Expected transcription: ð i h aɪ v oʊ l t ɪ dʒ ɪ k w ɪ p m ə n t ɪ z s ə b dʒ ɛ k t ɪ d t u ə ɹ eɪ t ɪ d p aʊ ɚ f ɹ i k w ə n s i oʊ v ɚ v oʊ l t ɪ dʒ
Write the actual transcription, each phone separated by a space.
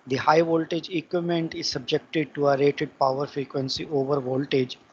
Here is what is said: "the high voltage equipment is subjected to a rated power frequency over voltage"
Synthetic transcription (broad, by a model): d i h aɪ v oʊ l t ɪ dʒ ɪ k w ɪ m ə n t ɪ z s ə b dʒ ɛ k t ɪ d t u ə ɹ eɪ t ɪ d p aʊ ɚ f ɹ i k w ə n s i oʊ v ɚ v oʊ l t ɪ dʒ